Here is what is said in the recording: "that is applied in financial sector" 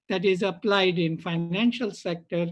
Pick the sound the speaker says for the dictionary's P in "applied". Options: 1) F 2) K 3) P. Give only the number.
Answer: 3